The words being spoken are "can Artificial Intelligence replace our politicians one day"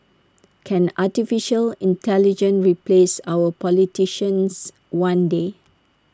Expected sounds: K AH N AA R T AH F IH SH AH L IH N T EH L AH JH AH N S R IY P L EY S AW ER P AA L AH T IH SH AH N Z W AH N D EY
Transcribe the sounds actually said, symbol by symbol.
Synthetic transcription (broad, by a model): K AH N AA T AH F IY SH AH L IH N T EH L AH JH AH N R IY P L EY S AW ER P AA L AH T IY SH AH N S W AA N D EY